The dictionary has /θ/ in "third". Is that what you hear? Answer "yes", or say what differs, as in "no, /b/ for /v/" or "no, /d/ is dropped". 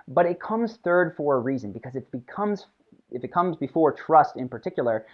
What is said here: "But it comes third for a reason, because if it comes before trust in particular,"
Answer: yes